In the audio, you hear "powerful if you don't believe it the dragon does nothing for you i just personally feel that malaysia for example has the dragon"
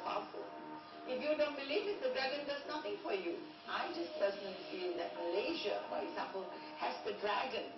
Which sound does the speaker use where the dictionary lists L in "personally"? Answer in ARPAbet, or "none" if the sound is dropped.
none